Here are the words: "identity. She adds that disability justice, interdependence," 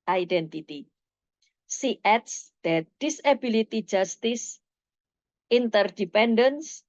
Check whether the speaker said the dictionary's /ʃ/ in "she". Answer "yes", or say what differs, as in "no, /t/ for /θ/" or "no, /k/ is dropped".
no, /s/ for /ʃ/